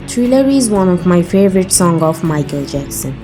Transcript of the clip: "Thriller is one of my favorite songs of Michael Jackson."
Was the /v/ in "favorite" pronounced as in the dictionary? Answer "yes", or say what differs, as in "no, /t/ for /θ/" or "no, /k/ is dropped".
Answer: yes